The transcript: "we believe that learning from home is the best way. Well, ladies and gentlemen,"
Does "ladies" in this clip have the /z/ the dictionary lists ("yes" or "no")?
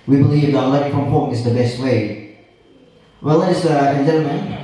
no